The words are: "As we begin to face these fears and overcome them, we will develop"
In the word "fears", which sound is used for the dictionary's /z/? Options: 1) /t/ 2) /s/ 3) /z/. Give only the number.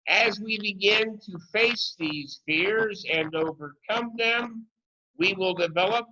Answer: 3